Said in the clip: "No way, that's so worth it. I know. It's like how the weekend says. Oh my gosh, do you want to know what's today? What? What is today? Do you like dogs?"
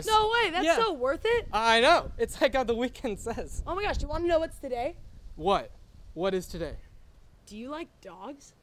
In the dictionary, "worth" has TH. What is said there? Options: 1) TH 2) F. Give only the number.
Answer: 1